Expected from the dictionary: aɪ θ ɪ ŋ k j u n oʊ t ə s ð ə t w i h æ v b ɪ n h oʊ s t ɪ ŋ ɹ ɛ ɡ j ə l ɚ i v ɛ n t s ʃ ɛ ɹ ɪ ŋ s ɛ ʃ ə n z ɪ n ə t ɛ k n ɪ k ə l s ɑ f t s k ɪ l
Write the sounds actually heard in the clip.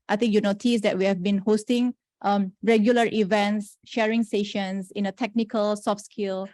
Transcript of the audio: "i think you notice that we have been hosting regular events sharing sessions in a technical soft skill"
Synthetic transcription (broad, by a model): aɪ t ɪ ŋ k j u n oʊ t ə s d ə t w i h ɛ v b ɪ n h oʊ s t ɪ ŋ ɹ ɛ ɡ j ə l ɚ i v ɛ n t s ʃ ɛ ɹ ɪ ŋ s ɛ ʃ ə n s ɪ n ə t ɛ k n ɪ k ə l s ɑ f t s k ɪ l